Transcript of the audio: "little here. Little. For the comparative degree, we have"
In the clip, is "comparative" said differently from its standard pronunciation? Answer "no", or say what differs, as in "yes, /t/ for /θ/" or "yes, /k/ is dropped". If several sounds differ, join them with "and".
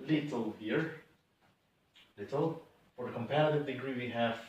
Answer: no